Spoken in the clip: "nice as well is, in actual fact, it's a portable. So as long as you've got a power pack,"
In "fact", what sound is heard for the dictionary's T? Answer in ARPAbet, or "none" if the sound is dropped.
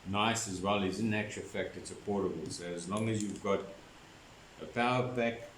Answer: T